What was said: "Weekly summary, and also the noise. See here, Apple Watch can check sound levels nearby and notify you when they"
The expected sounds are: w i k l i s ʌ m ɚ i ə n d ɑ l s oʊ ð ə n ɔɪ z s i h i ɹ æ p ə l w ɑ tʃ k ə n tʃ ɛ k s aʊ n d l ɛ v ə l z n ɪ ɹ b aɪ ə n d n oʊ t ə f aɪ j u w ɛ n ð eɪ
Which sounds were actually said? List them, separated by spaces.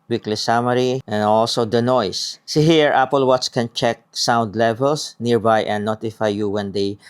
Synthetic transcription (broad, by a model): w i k l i s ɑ m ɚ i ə n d ɑ l s oʊ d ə n ɔɪ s s i h i ɹ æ p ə l w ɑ s k ə n tʃ ɛ k s aʊ n d l ɛ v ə l s n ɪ ɹ b aɪ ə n n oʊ t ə f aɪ j u w ɛ n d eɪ